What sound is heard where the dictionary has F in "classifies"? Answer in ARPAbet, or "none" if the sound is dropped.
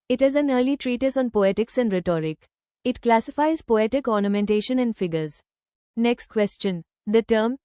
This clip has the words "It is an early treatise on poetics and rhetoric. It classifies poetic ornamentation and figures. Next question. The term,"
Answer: F